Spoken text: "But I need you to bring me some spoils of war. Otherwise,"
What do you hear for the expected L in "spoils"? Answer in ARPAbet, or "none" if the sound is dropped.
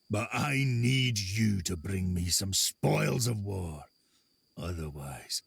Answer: L